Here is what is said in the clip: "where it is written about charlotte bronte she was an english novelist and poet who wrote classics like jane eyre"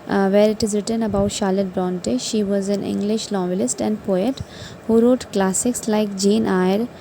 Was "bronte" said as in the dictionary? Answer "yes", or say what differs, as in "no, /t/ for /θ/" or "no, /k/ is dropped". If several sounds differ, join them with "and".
yes